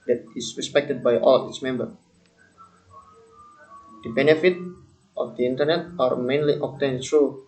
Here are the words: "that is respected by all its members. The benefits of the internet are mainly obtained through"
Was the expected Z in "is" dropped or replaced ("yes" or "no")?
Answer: yes